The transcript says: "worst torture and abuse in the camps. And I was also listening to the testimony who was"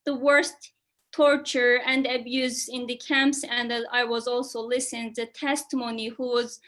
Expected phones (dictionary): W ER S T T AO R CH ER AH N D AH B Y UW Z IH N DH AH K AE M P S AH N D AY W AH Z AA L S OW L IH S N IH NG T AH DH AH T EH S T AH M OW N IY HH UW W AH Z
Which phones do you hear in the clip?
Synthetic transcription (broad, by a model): W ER S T T AO R CH ER AH N D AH B Y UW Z IH N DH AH K AE M P S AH N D AY W AH Z AA L S OW L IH S IH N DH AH T EH S T AH M OW N IY HH UW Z